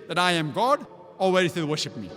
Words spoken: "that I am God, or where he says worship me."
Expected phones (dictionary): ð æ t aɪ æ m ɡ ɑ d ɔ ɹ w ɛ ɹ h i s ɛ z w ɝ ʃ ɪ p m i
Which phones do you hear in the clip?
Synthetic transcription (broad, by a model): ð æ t aɪ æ m ɡ ɑ d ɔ l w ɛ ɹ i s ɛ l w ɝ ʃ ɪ p m i